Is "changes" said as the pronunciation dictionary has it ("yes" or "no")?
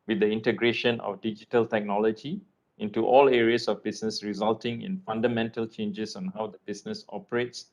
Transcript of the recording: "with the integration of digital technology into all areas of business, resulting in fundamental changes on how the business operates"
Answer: no